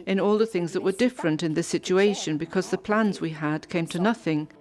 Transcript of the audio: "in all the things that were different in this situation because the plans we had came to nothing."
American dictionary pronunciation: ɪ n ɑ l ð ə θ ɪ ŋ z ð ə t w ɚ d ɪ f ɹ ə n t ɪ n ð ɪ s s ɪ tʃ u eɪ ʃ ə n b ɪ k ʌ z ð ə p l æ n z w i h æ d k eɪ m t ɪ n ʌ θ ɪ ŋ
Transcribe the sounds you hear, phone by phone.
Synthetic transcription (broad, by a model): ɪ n ɑ l ð ə θ ɪ ŋ z ð ə t w ɚ d ɪ f ɹ ə n t ɪ n ð ɪ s s ɪ tʃ u eɪ ʃ ə n b ɪ k ʌ z ð ə p l æ n z w i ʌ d k eɪ m t ɪ n ʌ θ ɪ ŋ